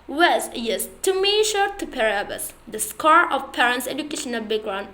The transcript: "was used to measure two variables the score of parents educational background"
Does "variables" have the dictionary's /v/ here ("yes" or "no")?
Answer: no